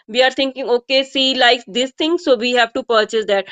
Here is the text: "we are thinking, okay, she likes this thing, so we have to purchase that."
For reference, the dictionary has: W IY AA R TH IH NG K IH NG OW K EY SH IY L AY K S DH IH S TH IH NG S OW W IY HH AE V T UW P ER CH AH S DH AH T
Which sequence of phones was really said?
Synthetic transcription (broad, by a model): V IY AA R T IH NG K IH NG OW K EY S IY L AY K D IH S T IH NG S OW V IY HH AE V T UW P ER CH AH S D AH T